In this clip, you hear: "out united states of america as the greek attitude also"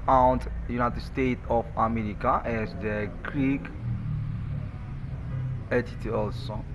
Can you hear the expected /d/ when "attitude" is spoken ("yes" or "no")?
no